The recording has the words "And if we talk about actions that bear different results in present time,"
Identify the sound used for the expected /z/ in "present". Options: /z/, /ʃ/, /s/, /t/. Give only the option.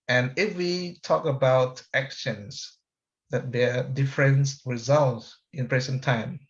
/s/